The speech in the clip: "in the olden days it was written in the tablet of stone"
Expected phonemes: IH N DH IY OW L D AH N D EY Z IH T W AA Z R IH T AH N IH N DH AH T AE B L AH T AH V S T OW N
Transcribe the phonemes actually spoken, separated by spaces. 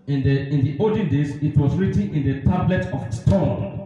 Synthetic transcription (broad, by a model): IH N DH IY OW D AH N D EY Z IH T W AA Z R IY T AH N IH N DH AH T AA B L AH T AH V S T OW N